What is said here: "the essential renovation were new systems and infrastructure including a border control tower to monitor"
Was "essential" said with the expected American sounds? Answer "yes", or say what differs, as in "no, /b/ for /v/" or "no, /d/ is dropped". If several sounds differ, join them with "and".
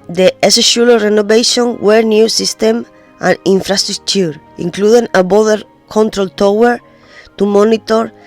no, /n/ is dropped